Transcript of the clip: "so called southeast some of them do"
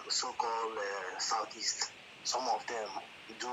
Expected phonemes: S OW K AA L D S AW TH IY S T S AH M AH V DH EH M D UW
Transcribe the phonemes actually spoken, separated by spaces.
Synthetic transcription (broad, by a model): S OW K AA L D S AW T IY S T S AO M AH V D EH M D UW